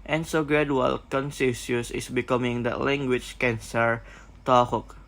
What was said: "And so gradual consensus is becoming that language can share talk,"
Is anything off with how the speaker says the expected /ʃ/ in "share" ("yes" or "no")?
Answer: yes